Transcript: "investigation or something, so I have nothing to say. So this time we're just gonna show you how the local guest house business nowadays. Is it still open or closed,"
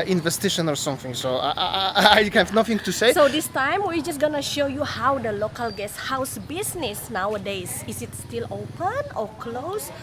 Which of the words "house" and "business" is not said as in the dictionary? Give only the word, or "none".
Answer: business